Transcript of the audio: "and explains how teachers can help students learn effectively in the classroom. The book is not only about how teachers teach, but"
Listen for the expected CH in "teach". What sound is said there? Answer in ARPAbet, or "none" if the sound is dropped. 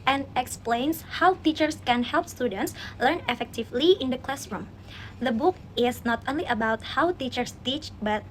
CH